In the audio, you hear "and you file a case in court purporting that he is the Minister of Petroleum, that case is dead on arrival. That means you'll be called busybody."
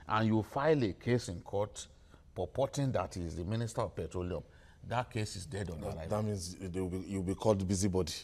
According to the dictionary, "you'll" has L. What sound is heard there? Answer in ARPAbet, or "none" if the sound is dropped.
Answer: W